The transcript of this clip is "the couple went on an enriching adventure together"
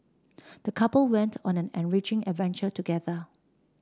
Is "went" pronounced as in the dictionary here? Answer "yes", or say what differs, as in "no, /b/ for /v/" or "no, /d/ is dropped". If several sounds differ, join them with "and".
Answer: yes